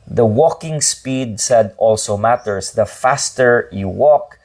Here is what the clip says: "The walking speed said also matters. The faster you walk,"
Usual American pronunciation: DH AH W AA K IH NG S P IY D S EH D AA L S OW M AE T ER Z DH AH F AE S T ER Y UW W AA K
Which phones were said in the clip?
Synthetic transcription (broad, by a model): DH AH W AA K IH NG S P IY D S EH D AA L S OW M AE T ER S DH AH F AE S T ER Y UW W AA K